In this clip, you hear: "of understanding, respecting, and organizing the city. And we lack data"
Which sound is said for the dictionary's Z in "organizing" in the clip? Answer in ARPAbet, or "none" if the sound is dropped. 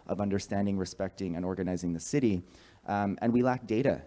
Z